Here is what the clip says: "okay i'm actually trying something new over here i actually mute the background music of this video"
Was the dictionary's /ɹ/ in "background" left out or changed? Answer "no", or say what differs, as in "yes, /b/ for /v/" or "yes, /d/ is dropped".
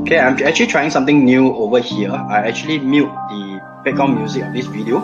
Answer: yes, /ɹ/ is dropped